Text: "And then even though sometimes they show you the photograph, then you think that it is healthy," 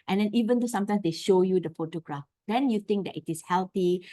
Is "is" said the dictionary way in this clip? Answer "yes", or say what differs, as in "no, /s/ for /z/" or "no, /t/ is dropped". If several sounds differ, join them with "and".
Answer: no, /s/ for /z/